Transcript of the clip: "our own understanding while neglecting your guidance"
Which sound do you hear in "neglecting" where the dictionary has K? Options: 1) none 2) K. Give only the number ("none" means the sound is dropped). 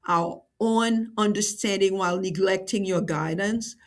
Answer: 2